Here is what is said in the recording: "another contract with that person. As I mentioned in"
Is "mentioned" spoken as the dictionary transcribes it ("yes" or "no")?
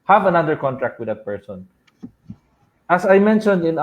yes